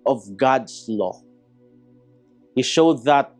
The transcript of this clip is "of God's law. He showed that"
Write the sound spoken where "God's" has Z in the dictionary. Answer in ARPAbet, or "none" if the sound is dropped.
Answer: S